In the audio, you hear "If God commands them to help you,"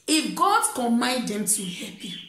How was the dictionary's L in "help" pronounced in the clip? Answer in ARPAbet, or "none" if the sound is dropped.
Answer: none